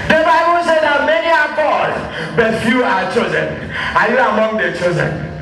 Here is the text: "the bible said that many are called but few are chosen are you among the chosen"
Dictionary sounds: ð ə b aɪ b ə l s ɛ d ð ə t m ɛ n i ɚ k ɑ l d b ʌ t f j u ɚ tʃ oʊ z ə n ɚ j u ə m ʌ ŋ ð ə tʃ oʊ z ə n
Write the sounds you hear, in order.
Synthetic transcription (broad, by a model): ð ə b aɪ b ə l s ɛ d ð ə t m ɛ n i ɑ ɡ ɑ d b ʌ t f j u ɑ tʃ oʊ z ə n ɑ j u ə m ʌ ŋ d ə tʃ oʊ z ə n